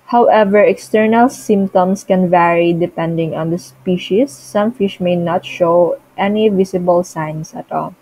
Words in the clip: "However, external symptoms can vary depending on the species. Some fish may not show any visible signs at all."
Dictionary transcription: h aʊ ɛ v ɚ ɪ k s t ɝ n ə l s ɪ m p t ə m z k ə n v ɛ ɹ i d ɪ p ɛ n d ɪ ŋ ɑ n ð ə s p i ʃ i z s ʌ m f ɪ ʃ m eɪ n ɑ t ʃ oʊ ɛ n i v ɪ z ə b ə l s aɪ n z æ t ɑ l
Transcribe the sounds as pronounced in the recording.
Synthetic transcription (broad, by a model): h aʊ ɛ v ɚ ɪ k s t ɝ n ə l s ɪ m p t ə m s k ə n v ɛ ɹ i d ɪ p ɛ n d ɪ ŋ ɑ n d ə s p i ʃ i s ʌ m f ɪ ʃ m eɪ n ɑ t ʃ oʊ ɛ n i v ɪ s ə b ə l s aɪ n s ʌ t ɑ l